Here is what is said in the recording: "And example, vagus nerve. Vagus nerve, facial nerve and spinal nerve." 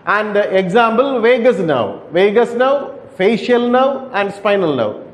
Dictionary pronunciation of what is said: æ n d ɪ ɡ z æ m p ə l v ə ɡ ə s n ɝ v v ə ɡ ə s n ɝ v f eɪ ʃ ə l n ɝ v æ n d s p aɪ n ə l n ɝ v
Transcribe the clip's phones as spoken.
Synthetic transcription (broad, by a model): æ n d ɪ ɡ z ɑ m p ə l v ə ɡ ə s n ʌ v v ə ɡ ə s n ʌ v f eɪ ʃ ə l n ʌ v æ n d s p aɪ n ə l n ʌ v